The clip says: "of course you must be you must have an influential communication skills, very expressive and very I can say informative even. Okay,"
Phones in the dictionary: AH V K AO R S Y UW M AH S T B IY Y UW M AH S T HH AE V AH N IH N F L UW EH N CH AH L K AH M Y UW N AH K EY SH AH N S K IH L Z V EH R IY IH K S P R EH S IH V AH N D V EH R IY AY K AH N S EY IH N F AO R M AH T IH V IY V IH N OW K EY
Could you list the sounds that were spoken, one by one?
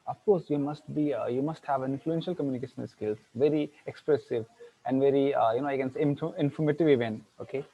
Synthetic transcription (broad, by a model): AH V K AO R S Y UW M AH S T B IY Y UW M AH S T HH AE V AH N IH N F L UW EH N SH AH L K AH M Y UW N AH K EY SH AH N S K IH L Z V EH R IY IH K S P R EH S IH V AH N D V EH R IY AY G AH N S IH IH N F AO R M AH T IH V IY V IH N OW K EY